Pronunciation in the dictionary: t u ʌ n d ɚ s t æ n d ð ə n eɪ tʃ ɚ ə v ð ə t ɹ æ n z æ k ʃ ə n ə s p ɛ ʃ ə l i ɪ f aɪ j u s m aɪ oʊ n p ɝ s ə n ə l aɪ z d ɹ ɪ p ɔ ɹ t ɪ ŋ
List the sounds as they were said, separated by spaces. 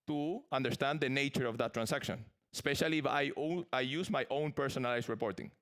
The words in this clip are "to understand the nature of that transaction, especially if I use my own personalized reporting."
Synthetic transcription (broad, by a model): t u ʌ n d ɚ s t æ n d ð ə n eɪ tʃ ɚ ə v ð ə t ɹ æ n s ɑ k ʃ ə n ə s p ɛ ʃ ə l i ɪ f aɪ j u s m aɪ oʊ n p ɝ s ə n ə l aɪ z ɹ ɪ p ɔ ɹ t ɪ ŋ